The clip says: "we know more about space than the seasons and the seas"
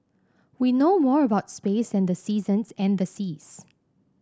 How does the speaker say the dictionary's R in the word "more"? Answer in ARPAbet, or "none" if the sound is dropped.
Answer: R